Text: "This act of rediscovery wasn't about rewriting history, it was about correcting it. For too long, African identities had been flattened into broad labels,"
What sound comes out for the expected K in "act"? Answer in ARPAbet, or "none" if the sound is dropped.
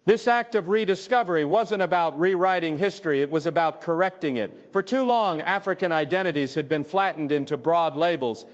K